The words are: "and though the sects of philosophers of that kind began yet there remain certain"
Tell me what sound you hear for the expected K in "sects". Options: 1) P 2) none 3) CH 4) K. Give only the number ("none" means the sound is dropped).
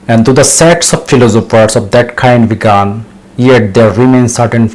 2